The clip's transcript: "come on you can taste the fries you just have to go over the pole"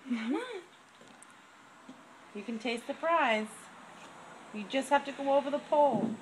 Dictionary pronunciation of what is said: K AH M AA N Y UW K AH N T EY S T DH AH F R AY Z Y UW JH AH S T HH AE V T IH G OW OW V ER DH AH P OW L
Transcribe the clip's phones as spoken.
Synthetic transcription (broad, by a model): Y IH K AH N T EY S T DH AH P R AY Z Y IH JH AH S T HH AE F T IH G OW OW V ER DH AH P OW L